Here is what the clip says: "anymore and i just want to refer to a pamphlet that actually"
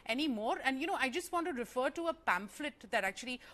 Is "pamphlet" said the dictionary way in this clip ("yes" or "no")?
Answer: yes